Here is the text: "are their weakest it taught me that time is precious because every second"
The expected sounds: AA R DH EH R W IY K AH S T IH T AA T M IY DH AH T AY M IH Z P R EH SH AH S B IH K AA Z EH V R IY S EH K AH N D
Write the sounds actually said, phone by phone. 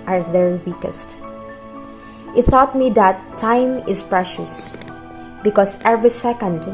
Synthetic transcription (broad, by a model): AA R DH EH R W IY K AH S T IH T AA T M IY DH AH T AY M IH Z P R EH SH AH S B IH K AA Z EH V R IY S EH K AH N D